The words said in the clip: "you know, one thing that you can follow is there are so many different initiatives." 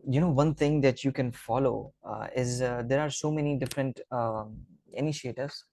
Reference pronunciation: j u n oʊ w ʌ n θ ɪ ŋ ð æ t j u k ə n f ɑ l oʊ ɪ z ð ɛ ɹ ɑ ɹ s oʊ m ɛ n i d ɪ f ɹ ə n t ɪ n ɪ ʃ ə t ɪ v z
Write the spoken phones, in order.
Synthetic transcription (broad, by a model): j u n oʊ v ʌ n t ɪ ŋ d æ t j u k ə n f ɑ l oʊ ɪ z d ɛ ɹ ɑ ɹ s oʊ m ɛ n i d ɪ f ɹ ə n t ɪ n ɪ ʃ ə t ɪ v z